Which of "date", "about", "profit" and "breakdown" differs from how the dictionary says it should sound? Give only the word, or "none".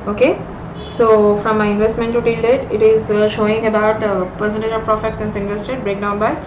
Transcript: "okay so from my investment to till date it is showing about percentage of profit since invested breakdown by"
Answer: none